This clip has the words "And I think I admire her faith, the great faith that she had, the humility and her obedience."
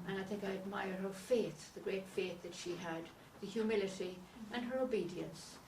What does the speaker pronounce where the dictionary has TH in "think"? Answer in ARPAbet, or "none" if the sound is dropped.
TH